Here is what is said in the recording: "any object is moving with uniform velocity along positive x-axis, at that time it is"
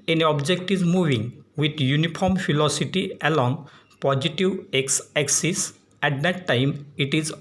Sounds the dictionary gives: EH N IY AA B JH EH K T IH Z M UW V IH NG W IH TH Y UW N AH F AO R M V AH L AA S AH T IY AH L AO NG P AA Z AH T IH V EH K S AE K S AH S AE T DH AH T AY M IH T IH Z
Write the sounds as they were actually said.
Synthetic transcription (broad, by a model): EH N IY AA B JH EH K T IH Z M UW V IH NG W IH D Y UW N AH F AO R M P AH L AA S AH T IY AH L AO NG P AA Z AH T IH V EH K S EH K S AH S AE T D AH T AY M IH T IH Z